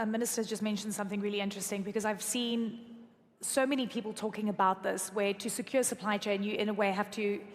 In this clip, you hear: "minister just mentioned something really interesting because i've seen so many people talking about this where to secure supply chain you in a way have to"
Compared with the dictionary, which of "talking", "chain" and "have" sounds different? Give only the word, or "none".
have